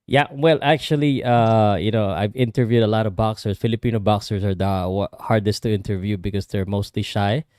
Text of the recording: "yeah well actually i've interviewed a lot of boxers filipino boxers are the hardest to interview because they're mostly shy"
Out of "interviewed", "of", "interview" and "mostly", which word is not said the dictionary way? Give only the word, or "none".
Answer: none